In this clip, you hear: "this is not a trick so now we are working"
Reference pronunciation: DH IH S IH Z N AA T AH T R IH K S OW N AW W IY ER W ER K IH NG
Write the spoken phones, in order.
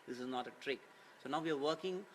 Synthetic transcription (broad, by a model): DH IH S IH Z N AA T AH T R IH K S OW N AW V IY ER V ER K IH NG